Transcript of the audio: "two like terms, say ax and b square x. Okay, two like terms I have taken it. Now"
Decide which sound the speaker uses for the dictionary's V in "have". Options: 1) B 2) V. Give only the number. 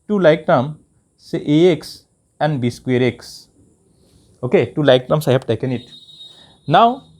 1